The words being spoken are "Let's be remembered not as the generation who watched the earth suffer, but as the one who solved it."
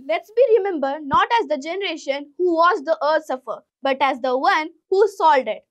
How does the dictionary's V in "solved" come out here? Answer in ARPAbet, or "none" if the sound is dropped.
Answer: none